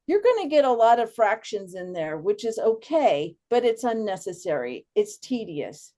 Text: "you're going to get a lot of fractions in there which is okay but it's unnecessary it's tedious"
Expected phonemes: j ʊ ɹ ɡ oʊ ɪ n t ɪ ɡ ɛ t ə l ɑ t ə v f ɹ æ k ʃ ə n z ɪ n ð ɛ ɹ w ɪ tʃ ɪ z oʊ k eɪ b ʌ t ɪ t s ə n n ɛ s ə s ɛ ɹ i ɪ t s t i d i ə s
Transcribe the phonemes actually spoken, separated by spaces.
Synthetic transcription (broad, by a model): j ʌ ɹ ɡ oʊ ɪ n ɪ ɡ ɛ t ə l ɑ t ə v f ɹ æ k ʃ ə n z ɪ n ð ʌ ɹ w ɪ tʃ ɪ z oʊ k eɪ b ʌ t ɪ t s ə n n ɛ s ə s ɛ ɹ i ɪ t s t i d i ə s